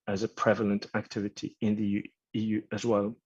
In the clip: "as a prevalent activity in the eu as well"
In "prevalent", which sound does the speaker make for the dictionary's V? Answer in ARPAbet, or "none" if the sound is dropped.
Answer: V